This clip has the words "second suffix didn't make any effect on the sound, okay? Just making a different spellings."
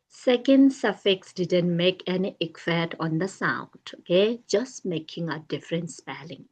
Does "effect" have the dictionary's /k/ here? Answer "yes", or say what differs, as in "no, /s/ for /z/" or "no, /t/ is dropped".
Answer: no, /k/ is dropped